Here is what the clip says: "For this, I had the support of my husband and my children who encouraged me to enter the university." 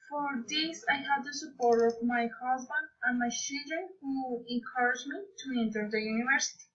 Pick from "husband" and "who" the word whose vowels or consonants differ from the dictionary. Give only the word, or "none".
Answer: none